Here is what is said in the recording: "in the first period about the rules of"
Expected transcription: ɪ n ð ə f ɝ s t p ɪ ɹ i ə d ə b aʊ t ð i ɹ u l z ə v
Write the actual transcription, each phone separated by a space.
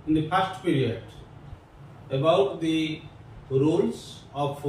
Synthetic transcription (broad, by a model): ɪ n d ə p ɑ s t p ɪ ɹ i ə d ə b aʊ t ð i ɹ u l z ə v